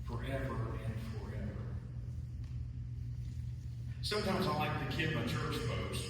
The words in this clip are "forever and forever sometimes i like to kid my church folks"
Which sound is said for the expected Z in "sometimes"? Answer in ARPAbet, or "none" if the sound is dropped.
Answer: Z